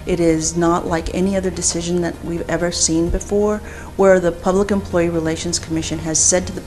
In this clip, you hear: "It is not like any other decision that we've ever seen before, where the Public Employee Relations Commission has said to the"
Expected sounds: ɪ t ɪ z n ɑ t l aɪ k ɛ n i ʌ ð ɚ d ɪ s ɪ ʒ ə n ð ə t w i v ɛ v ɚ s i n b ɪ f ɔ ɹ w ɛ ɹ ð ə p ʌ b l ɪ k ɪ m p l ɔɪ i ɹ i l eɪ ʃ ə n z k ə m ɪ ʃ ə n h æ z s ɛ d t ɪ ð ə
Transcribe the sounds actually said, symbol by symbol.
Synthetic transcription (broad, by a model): ɪ t ɪ z n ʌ t l aɪ k ɛ n i ʌ ð ɚ d ɪ s ɪ ʒ ə n ð ə t w i v ɛ v ɚ s i n b ɪ f ɔ ɹ w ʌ ɹ ð ə p ʌ b l ɪ k ɪ m p l ɔɪ i ɹ i l eɪ ʃ ə n z k ə m ɪ ʃ ə n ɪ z s ɛ d t ɪ ð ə